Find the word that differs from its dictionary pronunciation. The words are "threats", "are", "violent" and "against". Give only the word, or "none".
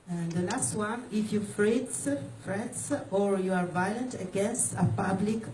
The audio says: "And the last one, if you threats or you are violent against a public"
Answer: threats